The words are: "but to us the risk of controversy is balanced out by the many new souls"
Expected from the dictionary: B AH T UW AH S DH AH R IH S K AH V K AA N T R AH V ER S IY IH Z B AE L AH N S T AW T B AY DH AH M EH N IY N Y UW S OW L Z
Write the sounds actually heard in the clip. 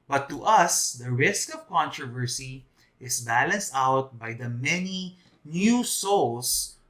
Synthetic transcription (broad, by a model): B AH T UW AH S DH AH R IH S K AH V K AA N T R AH V ER S IY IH S B AE L AH N S T AW T B AY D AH M EH N IY N Y UW S OW L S